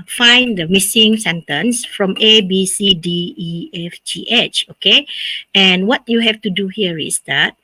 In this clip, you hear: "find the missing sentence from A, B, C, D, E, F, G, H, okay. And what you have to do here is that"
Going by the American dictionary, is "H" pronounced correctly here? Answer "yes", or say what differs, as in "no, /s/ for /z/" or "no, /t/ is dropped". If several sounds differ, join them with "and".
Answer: yes